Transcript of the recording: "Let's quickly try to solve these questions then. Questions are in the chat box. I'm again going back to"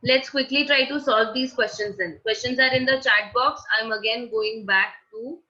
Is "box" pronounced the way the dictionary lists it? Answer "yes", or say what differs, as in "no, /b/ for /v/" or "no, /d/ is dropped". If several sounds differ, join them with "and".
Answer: yes